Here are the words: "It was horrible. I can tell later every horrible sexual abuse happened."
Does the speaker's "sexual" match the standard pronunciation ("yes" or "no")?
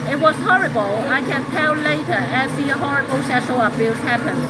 no